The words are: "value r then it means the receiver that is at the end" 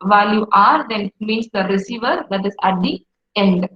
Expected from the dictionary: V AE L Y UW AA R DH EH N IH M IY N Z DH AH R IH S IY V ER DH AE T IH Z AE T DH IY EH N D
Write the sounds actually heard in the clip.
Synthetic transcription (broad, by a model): V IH L Y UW AA R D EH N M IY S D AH R IH S IY V ER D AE T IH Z AE T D IY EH N D